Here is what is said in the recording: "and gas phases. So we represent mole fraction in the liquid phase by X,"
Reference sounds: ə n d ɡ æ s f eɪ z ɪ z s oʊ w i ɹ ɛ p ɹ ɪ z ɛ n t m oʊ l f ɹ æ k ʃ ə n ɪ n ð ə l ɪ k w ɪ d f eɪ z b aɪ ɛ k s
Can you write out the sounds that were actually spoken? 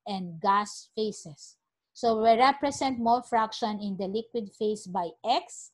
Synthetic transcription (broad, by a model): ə n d ɡ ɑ s f eɪ s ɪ s oʊ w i ɹ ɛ p ɹ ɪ s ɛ n t m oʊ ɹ f ɹ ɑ k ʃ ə n ɪ n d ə l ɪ k w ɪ d f eɪ s b aɪ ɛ k s